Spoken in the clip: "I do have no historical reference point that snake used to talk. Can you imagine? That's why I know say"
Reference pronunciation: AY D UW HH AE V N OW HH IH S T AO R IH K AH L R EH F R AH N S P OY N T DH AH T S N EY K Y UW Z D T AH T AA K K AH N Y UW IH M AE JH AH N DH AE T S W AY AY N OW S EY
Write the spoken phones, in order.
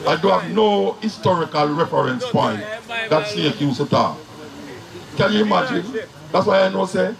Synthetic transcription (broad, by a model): AY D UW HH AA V N OW HH IH S T AO R IH K AH L R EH F R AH N S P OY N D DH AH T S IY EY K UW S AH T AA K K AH L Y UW M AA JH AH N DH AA T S W AY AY N OW S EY